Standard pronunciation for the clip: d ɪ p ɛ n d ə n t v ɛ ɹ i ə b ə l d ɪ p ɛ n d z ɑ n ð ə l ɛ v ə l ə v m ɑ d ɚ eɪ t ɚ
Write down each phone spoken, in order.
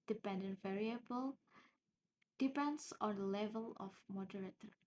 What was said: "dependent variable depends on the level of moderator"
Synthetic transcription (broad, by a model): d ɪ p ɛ n d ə n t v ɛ ɹ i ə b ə l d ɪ p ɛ n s ɑ n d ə l ɛ v ə l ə f m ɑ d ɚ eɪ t